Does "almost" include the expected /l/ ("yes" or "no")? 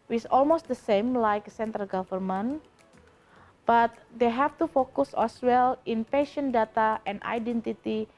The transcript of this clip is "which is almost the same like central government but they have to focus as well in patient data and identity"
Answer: yes